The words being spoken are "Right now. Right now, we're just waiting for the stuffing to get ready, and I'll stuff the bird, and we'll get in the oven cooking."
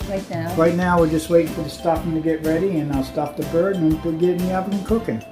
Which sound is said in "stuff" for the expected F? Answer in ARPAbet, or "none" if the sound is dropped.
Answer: P